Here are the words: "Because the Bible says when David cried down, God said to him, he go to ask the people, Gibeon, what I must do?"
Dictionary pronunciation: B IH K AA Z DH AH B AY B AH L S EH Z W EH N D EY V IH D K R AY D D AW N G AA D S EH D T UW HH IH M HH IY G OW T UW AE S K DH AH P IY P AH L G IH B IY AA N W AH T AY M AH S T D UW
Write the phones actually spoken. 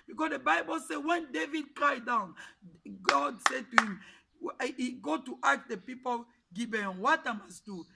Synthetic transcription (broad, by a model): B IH K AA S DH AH B AY B AH L S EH W EH N D EY V IH D K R AY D D AW N G AA D S EH D T UW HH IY M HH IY G OW T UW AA K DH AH P IY P AH L G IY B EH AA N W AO T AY M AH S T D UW